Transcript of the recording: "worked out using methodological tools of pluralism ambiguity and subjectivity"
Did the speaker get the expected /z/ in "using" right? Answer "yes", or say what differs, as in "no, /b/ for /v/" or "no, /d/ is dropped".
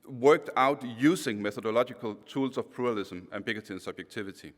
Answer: no, /s/ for /z/